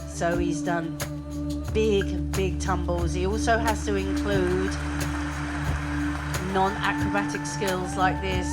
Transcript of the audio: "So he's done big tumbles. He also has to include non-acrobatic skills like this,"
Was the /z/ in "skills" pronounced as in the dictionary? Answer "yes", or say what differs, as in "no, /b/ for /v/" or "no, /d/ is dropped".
yes